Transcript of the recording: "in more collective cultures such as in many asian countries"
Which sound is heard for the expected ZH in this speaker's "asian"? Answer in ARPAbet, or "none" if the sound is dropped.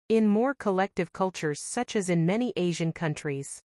ZH